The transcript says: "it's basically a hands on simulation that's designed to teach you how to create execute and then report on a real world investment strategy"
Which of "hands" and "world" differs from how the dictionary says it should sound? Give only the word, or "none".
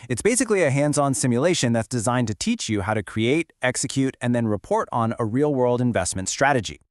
none